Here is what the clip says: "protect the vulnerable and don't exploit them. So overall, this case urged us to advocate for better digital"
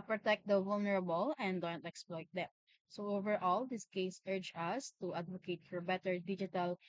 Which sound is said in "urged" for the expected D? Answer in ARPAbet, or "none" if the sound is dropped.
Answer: none